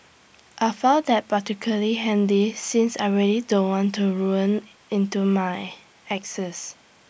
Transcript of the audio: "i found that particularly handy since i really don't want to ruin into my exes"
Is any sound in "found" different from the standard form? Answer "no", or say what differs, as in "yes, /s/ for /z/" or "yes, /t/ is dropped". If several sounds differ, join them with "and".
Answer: yes, /n/ is dropped